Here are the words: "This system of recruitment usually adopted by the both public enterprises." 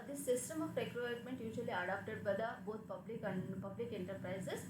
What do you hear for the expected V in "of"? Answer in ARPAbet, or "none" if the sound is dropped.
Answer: P